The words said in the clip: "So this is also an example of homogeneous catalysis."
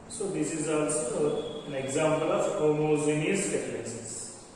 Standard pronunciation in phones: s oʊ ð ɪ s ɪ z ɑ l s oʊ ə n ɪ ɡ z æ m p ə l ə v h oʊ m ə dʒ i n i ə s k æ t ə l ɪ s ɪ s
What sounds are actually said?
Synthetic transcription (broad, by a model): s oʊ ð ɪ s ɪ z ɑ l s oʊ ə n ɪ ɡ z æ m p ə l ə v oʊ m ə z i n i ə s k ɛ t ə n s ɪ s